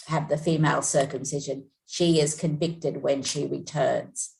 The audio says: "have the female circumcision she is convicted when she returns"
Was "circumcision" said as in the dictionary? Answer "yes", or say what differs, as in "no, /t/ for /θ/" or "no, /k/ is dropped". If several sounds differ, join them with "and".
yes